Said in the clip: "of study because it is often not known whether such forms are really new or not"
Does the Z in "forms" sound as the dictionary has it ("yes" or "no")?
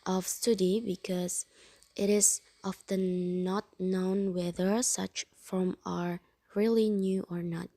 no